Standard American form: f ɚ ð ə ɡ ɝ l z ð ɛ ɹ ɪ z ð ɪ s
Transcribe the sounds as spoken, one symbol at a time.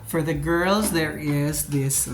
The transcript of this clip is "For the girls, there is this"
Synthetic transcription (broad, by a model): f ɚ ð ə ɡ ɝ l z ð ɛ ɹ ɪ z ð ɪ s